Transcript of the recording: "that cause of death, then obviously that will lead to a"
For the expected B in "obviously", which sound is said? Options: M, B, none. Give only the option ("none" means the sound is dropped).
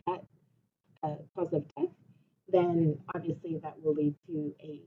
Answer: B